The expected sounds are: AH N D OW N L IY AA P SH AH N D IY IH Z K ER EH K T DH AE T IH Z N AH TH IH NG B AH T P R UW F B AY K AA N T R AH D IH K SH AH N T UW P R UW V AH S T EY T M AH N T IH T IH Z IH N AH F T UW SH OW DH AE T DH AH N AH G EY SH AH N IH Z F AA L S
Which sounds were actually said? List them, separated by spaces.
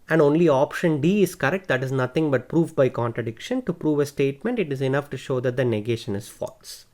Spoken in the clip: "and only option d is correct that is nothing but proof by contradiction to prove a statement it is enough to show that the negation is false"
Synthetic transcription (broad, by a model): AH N D OW N L IY AA P SH AH N D IY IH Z K ER EH K T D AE T IH Z N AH T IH NG B AH T P R UW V B AY K AA N T R AH D IH K SH AH N T UW P R UW V AH S T EY T M AH N T IH T IH Z IH N AH F T UW SH OW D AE T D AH N AH G EY SH AH N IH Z F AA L S